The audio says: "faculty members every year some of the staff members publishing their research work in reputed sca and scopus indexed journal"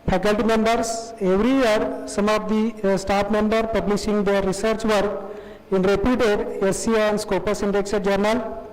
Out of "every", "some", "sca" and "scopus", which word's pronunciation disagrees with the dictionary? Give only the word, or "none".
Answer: sca